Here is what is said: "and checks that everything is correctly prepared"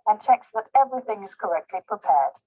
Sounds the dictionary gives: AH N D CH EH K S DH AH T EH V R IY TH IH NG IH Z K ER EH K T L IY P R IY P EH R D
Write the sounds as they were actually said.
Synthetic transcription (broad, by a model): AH N CH EH K S DH AH T EH V R IY TH IH NG IH Z K ER EH K T L IY P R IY P EH R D